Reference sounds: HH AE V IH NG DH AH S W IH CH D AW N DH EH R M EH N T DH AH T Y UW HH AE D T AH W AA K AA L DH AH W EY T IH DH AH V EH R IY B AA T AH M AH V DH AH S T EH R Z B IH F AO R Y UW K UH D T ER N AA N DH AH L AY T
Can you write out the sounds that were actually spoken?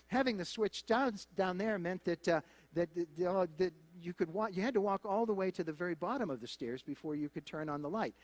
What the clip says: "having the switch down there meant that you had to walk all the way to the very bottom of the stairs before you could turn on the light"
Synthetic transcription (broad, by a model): HH AE V IH NG DH AH S W IH CH D AW N DH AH R M EH N T DH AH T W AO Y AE D T AH W AA K AA L DH AH W EY T IH DH AH V EH R IY B AA T AH M AH V DH AH S T EH R Z B IH F AO R Y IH K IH D T ER N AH N DH AH L AY T